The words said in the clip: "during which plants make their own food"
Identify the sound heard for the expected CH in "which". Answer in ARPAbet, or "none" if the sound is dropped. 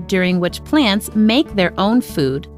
CH